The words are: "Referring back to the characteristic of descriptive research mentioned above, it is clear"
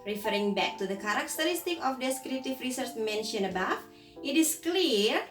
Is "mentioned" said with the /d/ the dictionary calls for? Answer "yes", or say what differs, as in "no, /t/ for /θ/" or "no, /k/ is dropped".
no, /d/ is dropped